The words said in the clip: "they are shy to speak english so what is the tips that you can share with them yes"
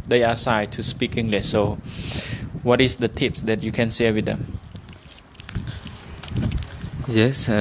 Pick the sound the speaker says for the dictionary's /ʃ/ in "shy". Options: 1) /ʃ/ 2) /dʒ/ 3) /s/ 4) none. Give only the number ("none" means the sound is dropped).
3